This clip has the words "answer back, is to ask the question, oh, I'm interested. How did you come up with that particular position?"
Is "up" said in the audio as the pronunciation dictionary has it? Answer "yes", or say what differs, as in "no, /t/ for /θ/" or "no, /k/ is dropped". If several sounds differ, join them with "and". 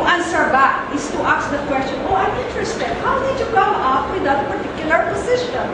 no, /f/ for /p/